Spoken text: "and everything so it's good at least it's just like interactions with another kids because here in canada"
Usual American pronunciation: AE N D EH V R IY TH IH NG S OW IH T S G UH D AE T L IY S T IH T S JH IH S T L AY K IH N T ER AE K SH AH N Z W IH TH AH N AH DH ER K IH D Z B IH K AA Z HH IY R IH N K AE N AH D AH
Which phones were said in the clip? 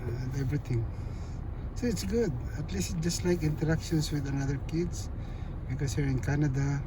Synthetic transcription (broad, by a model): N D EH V R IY T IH NG S OW IH T S G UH D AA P L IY S IH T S JH IH S T L AY K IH N T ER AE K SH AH N S W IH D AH N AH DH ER K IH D S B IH K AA S HH IY R IH N K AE N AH D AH